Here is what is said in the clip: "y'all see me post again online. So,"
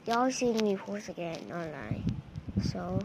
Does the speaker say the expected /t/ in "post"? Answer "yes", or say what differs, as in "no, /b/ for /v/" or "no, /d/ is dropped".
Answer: no, /t/ is dropped